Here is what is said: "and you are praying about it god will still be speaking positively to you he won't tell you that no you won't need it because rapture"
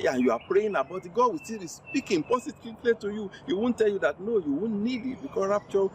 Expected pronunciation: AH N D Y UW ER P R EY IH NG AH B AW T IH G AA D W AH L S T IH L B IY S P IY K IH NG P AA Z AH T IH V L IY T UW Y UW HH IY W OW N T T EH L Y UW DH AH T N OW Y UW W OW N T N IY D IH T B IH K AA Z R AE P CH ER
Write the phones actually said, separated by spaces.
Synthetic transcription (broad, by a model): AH N Y UW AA P R EY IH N AH B AW T IH G AA D W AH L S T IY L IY S P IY K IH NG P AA S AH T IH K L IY T UW Y UW HH IY W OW N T T EH L Y UW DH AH T N OW Y UW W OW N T N IY D IH T B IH K AA S R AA P CH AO